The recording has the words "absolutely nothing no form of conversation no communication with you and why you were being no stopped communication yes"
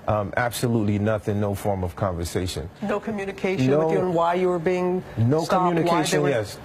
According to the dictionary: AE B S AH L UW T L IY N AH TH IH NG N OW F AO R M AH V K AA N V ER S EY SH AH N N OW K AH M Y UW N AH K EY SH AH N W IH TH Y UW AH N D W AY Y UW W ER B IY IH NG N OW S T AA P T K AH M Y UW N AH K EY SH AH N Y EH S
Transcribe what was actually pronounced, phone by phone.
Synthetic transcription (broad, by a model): AE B S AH L UW T L IY N AH TH IH NG N OW F AO R M AH V K AA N V ER S EY SH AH N N OW K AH M Y UW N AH K EY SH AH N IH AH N W AY Y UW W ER B IY IH NG N OW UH K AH M Y UW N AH K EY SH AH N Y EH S